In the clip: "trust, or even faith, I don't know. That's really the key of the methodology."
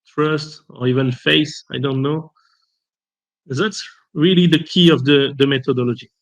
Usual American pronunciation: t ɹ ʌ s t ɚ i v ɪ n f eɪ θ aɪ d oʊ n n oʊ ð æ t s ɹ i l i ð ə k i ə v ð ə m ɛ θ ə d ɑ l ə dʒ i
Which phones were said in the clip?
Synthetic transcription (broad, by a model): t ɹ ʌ s t ɚ i v ɪ n f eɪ s aɪ d oʊ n n oʊ ð æ t s ɹ i l i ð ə k i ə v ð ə m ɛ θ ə d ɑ l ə dʒ i